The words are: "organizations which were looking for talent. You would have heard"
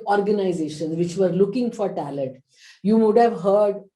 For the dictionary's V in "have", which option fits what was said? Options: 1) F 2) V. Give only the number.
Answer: 2